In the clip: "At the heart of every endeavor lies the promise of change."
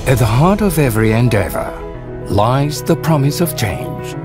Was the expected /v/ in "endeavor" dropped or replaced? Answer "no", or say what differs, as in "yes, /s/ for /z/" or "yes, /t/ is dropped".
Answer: no